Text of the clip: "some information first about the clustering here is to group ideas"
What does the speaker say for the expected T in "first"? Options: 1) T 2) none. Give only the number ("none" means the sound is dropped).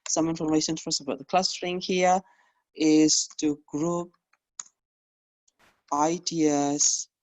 2